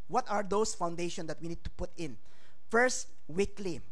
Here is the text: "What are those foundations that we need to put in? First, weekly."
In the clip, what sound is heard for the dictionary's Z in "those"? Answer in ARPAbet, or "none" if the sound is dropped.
S